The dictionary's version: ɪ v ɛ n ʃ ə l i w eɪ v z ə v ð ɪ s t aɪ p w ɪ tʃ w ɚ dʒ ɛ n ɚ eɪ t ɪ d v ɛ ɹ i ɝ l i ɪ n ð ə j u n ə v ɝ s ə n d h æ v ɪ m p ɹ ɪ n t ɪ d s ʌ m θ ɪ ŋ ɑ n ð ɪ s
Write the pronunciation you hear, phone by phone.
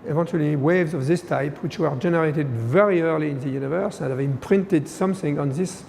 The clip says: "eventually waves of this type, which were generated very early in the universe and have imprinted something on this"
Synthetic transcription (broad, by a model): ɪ v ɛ n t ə l i w eɪ v z ə v ð ɪ s t aɪ p w ɪ tʃ w ɚ dʒ ɛ n ɚ eɪ t ɪ d v ɛ ɹ i ɝ l i ɪ n ð ə j u n ə v ɝ s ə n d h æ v ɪ m p ɹ ɪ n t ɪ d s ʌ m θ ɪ ŋ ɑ n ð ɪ s